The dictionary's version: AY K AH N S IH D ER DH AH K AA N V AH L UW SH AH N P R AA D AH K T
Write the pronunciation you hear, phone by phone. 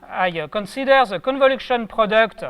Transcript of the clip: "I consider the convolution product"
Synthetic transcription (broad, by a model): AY K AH N S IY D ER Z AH K AA N V AH L UW SH AH N P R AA D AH K T